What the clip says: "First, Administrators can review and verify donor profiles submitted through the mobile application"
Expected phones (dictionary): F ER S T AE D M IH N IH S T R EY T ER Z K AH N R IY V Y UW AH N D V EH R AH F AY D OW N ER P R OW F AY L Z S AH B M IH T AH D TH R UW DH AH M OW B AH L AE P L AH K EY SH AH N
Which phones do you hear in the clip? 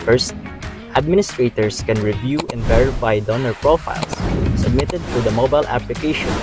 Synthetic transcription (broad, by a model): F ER S T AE D M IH N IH S T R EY T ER S K AH N R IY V Y UW AH N D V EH R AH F AY D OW N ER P R OW F AY L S S AH B M IH T AH D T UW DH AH M OW B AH L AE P L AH K EY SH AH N